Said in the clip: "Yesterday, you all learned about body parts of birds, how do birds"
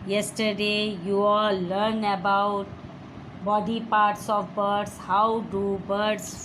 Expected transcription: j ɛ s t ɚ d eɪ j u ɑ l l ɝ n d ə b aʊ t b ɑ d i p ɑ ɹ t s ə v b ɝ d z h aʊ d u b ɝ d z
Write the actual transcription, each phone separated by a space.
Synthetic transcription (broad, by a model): j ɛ s t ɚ d eɪ j u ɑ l l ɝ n ə b aʊ t b ɑ d i p ɑ ɹ t s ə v b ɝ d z h aʊ d u b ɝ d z